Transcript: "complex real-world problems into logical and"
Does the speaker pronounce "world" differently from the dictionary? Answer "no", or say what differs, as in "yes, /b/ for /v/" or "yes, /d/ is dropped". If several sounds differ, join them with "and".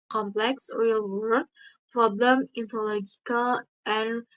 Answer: yes, /l/ is dropped